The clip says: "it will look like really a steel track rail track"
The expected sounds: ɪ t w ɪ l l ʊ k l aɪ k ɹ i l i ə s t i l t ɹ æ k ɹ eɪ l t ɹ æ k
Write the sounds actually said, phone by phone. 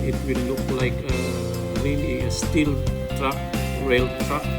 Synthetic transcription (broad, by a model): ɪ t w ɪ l l ʊ k l aɪ k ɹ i n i ə s t i l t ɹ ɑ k ɹ eɪ l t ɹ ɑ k